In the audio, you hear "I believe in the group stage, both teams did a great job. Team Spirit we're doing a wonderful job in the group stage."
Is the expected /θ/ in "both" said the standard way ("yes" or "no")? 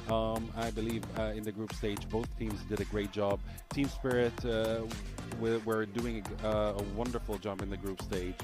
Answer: yes